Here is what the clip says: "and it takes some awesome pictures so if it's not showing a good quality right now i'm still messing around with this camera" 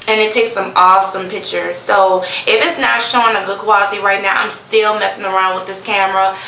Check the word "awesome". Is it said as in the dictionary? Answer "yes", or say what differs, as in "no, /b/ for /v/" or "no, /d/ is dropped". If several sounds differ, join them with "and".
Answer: yes